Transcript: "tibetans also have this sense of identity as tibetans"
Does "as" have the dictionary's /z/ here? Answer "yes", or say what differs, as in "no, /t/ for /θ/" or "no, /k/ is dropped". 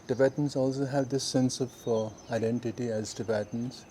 yes